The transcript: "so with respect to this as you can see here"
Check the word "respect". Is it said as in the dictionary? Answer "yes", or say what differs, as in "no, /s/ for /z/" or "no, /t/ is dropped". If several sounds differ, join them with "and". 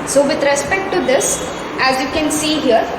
yes